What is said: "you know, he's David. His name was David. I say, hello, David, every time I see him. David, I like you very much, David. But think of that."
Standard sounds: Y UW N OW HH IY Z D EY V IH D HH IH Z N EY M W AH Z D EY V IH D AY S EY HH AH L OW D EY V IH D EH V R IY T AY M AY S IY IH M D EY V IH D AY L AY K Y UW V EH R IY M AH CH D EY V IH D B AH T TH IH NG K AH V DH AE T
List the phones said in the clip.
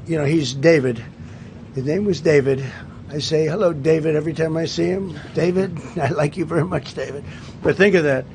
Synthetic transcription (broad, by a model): Y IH N OW HH IY Z D EY V IH D HH IH Z N EY M W AH Z D EY V IH D AY S EY HH AH L OW D EY V IH D EH V R IY T AY M AY S IY IH M D EY V IH D AY L AY K Y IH V EH R IY M AH CH D EY V IH D B AH T TH IH NG K AH V DH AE T